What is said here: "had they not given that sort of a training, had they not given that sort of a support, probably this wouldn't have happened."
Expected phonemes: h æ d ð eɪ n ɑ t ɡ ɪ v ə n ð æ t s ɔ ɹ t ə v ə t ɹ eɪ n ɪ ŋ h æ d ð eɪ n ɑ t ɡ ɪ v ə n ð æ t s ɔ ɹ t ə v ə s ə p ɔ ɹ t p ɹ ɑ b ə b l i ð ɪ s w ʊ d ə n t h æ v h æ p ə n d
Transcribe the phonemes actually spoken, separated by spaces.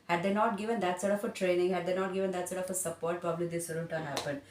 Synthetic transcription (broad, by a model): h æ d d eɪ n ɑ t ɡ ɪ v ə n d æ t s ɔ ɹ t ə f ə t ɹ eɪ n ɪ ŋ h æ d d eɪ n ɑ t ɡ ɪ v ə n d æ t s ɔ ɹ t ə f ə s ə p ɔ ɹ t p ɹ ɑ b ə b l i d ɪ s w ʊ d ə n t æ h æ p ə n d